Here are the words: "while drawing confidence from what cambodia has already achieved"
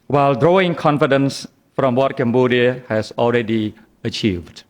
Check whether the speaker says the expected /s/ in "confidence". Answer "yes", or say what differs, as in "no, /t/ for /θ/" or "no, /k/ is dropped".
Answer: yes